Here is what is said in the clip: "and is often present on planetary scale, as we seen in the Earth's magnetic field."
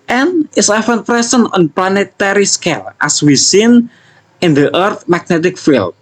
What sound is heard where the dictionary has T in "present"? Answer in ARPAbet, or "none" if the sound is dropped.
none